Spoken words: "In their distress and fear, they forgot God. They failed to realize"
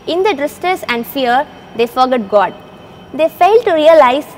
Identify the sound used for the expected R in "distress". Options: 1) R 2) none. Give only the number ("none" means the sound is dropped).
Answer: 2